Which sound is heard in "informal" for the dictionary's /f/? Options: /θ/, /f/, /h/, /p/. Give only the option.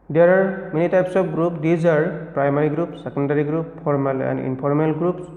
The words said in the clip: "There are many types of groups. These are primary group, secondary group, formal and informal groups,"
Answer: /p/